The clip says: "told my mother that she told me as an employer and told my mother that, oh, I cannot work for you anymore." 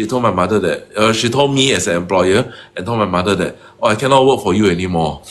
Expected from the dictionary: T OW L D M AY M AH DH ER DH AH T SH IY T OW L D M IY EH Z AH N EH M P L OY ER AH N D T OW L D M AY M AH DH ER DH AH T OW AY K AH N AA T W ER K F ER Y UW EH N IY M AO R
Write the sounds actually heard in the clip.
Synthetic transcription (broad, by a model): T OW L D M AY M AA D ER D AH T SH IY T OW L D M IY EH S AH N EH M P L OY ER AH N T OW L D M AY M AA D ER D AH T OW AY K AH N AA T W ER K F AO Y UW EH N IY M AO